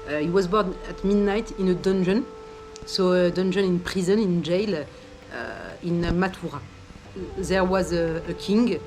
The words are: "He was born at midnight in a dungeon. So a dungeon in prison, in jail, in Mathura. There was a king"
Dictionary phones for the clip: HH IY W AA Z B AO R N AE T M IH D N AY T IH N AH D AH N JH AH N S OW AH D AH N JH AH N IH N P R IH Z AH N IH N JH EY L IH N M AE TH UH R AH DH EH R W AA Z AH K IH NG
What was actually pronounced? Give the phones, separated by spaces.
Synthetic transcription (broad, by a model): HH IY W AA Z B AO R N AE T M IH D N AY T IH N AH D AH N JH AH N S OW AH D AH N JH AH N IH N P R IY Z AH N IH N JH EY L IH N M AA T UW R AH DH EH R W AA Z AH K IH NG